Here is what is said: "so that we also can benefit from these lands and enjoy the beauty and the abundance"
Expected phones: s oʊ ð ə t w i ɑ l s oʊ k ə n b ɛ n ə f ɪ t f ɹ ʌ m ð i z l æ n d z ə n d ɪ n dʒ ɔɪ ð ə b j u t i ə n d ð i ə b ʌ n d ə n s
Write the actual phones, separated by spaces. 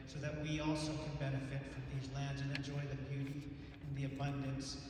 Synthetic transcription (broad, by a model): s oʊ ð ə t w i ɑ l s oʊ k ə n b ɛ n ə f ɪ t f ɹ ʌ m ð i z l æ n d z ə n ɪ n dʒ ɔɪ ð ə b j u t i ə n ð i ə b ʌ n d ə n s